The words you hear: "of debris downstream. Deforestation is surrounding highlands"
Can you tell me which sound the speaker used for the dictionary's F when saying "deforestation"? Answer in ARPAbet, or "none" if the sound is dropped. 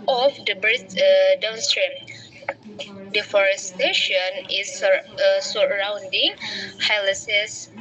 F